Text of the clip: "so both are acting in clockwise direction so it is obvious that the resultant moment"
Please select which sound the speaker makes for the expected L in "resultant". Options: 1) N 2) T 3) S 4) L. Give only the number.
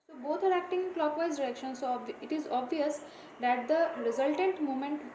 4